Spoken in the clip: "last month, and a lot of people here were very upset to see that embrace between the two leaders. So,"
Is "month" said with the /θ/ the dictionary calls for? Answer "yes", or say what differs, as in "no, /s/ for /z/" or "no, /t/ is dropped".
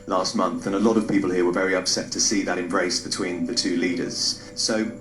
yes